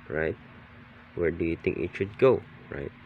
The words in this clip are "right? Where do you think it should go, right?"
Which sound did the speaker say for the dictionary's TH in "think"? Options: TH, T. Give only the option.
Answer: T